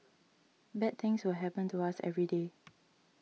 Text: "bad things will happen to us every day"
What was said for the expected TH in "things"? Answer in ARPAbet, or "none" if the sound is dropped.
T